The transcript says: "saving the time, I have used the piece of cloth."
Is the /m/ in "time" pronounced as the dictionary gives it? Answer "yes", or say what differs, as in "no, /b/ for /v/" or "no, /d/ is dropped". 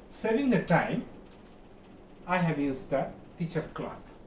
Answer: yes